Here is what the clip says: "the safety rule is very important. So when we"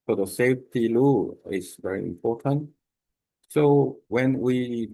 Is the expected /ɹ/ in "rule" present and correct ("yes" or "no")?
no